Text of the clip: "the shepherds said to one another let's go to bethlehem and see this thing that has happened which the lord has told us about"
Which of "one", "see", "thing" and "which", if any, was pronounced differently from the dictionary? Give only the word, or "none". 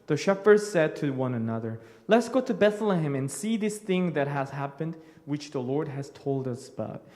none